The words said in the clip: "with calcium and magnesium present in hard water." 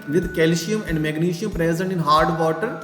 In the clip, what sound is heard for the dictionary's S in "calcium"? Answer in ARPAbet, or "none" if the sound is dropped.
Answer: SH